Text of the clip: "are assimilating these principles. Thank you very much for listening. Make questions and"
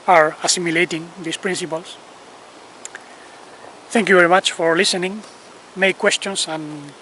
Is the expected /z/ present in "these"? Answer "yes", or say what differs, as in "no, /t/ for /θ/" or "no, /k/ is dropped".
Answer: no, /s/ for /z/